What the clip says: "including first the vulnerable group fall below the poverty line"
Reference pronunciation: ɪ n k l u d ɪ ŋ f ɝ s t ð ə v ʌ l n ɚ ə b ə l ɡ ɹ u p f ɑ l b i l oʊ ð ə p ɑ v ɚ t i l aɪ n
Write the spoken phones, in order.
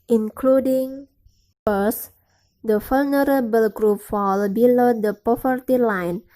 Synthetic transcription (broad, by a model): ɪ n k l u d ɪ ŋ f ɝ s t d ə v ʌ l n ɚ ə b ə l ɡ ɹ u p f ɑ l b i l oʊ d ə p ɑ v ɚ t i l aɪ n